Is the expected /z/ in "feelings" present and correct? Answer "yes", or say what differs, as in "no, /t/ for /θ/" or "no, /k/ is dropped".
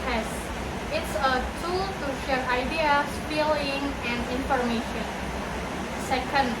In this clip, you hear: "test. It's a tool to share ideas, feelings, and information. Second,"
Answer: no, /z/ is dropped